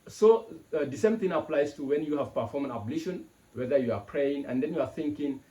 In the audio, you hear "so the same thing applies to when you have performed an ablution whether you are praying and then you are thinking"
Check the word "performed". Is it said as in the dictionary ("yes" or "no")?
no